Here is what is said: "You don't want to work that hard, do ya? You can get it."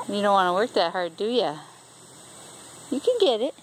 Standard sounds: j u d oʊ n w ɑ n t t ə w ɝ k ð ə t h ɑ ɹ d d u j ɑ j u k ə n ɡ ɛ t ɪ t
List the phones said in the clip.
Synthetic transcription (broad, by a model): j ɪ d oʊ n w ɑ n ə w ɝ k ð ə t h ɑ ɹ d d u j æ j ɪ k ə n ɡ ɛ t ɪ t